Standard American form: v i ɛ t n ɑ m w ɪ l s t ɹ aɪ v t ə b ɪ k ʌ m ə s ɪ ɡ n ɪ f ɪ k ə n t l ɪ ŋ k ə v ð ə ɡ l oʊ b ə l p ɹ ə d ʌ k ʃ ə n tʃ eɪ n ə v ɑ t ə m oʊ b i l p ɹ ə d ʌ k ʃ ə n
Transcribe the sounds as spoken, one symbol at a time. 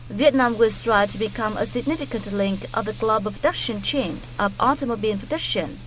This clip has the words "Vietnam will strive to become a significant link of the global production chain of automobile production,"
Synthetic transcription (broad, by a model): v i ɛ t n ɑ m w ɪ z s t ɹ aɪ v t ə b ɪ k ʌ m ə s ɪ ɡ n ɪ f ɪ k ə n t l ɪ ŋ k ə v ð ə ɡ l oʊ b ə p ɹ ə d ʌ k ʃ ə n tʃ eɪ n ə v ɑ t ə m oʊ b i n p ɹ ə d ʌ k ʃ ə n